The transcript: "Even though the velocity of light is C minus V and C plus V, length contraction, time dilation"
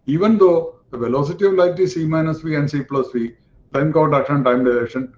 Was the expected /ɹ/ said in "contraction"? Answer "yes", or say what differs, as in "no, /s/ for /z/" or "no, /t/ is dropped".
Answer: no, /ɹ/ is dropped